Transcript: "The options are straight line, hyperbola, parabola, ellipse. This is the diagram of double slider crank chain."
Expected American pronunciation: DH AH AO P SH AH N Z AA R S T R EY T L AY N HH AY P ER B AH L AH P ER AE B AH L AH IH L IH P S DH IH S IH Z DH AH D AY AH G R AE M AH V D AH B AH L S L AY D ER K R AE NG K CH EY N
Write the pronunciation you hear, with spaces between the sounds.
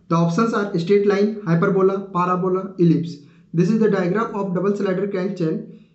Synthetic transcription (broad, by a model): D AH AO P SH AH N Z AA R S T EY T L AY N HH AY P ER B AH L AH P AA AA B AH L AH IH L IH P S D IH S IH Z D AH D AY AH G R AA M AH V D AH B AH L S L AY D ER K AE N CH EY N